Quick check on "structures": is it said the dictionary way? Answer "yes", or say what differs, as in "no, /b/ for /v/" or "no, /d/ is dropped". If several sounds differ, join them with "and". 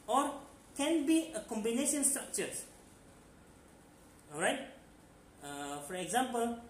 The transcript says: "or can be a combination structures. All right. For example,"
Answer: no, /s/ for /z/